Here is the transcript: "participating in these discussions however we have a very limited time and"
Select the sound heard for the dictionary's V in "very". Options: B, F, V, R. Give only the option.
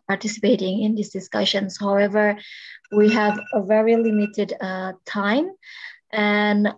V